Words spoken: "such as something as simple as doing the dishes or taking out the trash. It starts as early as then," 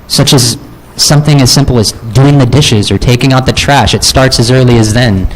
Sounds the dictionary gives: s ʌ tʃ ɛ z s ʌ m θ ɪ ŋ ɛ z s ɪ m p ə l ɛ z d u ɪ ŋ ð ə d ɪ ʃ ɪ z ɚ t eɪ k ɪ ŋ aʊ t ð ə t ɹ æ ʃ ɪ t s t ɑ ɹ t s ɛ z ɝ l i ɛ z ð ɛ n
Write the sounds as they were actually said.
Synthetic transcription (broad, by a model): s ʌ tʃ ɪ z s ʌ m θ ɪ ŋ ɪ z s ɪ m p l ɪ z d u ɪ ŋ ð ə d ɪ ʃ ɪ z ɚ t eɪ k ɪ ŋ aʊ t ð ə t ɹ æ ʃ ɪ t s t ɑ ɹ t s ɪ z ɝ l i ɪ z ð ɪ n